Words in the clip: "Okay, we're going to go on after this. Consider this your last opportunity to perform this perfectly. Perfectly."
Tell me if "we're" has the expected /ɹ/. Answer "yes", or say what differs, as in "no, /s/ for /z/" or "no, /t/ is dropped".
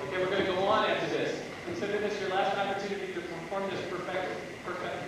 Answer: yes